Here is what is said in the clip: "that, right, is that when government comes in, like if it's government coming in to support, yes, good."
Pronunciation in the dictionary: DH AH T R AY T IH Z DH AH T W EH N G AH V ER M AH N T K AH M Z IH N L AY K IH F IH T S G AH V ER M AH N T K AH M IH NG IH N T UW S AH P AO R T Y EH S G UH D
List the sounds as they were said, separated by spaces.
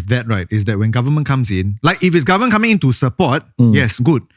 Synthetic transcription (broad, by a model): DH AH T R AY T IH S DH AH T W EH N G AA V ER M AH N K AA M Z IH N L AY K IH F IH T S G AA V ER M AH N K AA M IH NG IH N T UW S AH P AO T Y EH S G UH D